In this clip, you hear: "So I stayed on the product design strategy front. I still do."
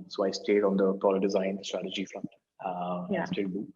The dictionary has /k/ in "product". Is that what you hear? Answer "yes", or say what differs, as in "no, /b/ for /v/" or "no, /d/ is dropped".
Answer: no, /k/ is dropped